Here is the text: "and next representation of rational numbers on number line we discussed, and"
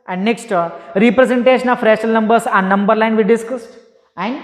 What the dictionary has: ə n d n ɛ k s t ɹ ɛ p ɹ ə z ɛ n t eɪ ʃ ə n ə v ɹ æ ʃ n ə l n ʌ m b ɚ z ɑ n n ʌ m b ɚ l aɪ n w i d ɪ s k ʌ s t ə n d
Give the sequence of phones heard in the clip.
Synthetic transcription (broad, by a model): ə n d n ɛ k s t ɹ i p ɹ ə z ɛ n t eɪ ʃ ə n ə f ɹ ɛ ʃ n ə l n ʌ m b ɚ s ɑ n n ʌ m b ɚ l aɪ n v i d ɪ s k ʌ s t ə n d